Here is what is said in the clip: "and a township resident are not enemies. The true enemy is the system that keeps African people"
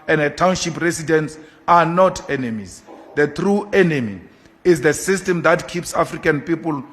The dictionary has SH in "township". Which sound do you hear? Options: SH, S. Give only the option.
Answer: SH